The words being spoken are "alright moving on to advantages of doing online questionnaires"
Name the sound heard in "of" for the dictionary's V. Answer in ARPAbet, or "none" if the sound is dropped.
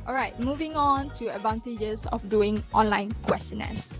F